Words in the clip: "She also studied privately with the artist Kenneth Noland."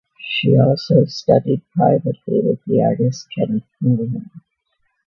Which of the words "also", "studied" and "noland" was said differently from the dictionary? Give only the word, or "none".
noland